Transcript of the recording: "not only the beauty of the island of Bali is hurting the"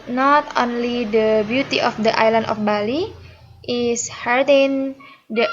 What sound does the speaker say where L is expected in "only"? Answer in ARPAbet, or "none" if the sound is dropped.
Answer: L